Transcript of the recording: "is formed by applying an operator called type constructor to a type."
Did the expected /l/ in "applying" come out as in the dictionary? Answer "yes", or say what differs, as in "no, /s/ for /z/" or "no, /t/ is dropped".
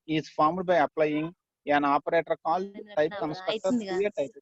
yes